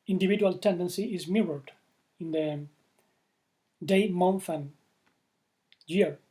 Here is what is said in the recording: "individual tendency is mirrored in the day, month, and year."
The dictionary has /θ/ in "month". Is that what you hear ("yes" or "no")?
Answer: no